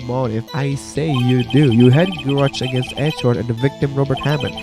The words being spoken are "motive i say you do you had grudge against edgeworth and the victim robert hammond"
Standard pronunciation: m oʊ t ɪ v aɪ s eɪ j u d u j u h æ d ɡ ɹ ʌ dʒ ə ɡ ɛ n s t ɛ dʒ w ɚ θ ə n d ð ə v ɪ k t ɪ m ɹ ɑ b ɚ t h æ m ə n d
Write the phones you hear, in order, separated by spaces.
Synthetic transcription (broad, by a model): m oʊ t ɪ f aɪ s eɪ j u d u j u h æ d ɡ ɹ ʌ tʃ ə ɡ ɛ n s t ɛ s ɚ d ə n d ð ə v ɪ k t ɪ m ɹ ɑ b ɚ t h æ m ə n